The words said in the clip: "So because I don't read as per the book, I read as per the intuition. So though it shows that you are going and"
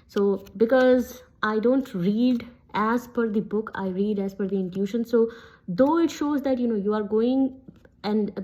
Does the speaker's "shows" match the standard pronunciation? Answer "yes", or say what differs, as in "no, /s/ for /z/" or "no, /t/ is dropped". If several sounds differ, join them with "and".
yes